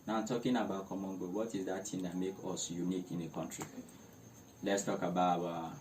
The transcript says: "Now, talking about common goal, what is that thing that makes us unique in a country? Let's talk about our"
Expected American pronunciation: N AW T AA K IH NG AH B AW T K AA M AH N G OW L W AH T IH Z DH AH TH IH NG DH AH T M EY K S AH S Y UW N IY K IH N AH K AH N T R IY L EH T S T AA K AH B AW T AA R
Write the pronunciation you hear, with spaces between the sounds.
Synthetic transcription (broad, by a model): N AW T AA K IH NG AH B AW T K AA M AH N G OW W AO T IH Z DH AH T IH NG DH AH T M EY K AH S Y UW N IY K IH N AH K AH N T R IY L EH T S T AA K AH B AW AA